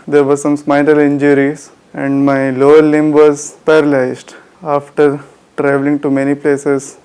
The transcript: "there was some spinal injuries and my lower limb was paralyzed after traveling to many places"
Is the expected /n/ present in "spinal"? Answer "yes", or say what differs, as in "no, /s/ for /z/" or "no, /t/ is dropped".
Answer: no, /l/ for /n/